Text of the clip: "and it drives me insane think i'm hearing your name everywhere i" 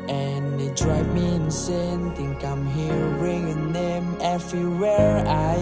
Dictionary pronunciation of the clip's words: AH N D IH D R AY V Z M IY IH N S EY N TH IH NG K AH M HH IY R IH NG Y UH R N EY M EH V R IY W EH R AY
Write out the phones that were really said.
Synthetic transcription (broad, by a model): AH N IH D R AY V M IY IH N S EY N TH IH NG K AH M HH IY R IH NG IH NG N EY M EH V R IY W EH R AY